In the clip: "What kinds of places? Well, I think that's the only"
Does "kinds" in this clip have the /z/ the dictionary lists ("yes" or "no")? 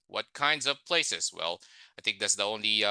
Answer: yes